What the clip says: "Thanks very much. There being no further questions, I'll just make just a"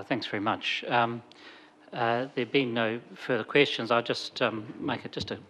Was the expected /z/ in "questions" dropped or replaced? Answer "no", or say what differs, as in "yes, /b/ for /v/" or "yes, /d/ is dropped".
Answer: no